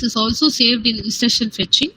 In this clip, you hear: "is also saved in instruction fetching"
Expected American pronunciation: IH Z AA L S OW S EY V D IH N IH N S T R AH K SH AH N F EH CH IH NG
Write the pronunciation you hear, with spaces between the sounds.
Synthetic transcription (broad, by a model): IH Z AA L S OW S EY V D IH N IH S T AH SH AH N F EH CH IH NG